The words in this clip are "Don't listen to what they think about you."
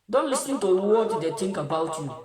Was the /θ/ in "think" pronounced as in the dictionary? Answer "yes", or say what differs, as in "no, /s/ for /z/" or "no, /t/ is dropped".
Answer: no, /t/ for /θ/